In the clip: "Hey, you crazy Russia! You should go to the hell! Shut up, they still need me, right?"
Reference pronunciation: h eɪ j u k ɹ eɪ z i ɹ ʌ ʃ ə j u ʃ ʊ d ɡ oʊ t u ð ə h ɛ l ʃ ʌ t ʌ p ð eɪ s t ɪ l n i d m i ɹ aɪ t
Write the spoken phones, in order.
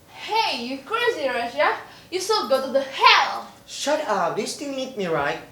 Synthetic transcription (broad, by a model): h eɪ j u k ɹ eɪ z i ɹ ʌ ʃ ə j u s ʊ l ɡ oʊ t u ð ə h ɛ l ʃ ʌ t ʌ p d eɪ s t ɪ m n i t m i ɹ aɪ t